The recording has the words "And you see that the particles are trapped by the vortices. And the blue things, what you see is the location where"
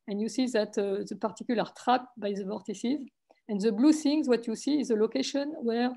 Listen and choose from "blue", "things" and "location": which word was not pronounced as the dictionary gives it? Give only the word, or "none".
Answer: things